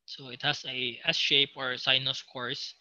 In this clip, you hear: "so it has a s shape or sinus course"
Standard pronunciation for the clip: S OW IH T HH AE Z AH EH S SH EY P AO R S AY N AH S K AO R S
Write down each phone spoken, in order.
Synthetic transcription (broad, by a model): S OW IH T HH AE S AH EH S SH EY P AO R S AY N AH S K AO R S